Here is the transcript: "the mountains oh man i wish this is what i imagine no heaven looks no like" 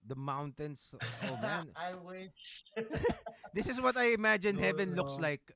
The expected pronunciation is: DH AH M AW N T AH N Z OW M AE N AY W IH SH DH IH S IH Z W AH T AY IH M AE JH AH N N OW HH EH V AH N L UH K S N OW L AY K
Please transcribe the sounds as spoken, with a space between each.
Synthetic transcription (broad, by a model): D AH M AW N T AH N S OW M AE N AY W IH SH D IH S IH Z W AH T AY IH M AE JH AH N N HH EH V AH N L UH K S L AY K